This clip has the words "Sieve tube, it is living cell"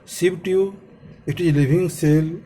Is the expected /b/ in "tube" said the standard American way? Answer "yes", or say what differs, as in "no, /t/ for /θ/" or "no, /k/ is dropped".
no, /b/ is dropped